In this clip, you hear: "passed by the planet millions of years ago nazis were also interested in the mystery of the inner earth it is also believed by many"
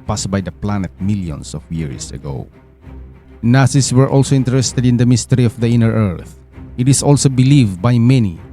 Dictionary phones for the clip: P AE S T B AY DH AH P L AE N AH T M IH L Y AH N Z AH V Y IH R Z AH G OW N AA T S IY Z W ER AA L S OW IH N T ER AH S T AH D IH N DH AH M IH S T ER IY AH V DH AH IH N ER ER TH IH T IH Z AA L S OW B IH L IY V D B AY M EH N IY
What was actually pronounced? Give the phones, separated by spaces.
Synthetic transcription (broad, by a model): P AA S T B AY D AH P L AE N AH T M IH L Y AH N S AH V Y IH R S AH G OW N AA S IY S W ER AA L S OW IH N T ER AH S T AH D IH N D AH M IH S T ER IY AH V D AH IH N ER ER TH IH T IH S AA L S OW B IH L IY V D B AY M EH N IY